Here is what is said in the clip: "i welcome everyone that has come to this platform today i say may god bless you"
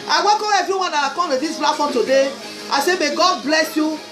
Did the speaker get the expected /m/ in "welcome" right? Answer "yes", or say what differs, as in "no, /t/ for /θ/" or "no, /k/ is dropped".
no, /m/ is dropped